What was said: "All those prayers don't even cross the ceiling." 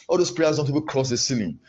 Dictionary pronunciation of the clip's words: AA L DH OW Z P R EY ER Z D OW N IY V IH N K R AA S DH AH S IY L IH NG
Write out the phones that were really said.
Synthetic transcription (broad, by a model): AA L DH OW S P R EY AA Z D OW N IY P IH K R AA S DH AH S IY L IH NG